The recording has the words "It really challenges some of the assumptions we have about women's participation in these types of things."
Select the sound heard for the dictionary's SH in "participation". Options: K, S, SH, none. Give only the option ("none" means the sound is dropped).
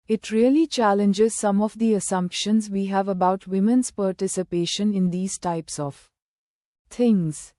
SH